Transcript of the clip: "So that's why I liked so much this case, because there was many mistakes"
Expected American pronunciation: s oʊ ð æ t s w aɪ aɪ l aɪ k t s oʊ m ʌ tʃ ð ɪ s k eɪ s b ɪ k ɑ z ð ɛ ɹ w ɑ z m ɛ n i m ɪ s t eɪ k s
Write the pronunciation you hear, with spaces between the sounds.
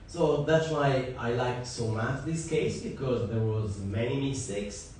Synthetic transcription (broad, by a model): s oʊ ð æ t s w aɪ aɪ l aɪ k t s oʊ m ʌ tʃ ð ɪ s k eɪ s b ɪ k ɑ z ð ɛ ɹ w ɑ z m ɛ n i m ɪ s t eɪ k s